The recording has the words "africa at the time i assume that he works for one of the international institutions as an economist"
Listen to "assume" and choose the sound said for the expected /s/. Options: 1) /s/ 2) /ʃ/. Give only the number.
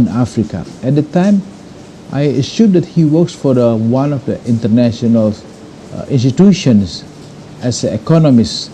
2